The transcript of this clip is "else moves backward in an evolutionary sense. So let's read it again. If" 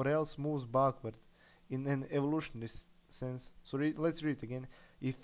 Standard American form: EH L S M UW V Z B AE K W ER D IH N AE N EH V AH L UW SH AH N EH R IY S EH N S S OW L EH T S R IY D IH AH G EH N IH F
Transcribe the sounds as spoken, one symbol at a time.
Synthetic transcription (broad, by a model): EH L S M UW V Z B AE K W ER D IH N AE N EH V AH L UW SH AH N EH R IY S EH N S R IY L EH T S R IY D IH AH G EH N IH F